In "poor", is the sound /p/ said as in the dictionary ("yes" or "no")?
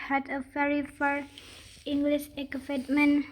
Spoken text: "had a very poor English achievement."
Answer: no